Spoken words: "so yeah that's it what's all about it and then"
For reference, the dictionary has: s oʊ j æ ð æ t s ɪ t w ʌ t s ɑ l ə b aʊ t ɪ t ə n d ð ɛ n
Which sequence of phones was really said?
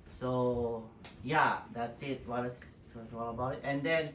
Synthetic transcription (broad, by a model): s oʊ j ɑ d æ t s ɪ t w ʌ s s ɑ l ə b aʊ t ɪ t ə n d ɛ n